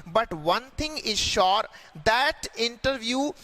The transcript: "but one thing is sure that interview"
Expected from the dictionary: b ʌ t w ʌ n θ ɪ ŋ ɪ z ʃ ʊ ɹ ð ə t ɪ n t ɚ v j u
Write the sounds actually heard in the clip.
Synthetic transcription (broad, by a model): b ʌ t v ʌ n t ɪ ŋ ɪ z ʃ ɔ ɹ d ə t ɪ n t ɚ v j u